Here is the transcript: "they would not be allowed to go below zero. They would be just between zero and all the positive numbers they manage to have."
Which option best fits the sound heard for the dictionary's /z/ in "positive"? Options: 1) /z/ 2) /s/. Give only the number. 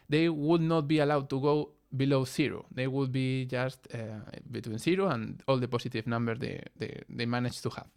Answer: 2